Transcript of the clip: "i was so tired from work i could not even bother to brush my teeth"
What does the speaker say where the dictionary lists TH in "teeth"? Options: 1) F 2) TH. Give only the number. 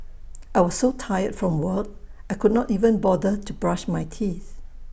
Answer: 2